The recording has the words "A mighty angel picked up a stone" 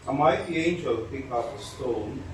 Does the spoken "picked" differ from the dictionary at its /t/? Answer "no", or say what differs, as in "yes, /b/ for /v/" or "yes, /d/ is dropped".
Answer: yes, /t/ is dropped